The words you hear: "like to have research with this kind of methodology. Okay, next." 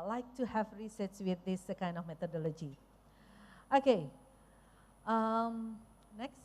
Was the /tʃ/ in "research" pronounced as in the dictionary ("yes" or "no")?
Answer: no